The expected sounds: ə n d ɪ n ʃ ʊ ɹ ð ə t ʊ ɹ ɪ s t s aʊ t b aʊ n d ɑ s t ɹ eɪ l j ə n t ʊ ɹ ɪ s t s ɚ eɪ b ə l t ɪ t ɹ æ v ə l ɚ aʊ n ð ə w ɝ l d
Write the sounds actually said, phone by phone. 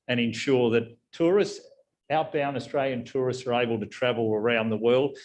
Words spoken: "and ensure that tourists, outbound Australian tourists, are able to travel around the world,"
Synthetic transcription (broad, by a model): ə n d ɪ n ʃ ʊ ɹ ð ə t ʊ ɹ ɪ s t s aʊ t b aʊ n ɑ s t ɹ eɪ l j ə n t ʊ ɹ ɪ s t s ɚ eɪ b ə l t ɪ t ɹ æ v l ɚ aʊ n ð ə w ɝ l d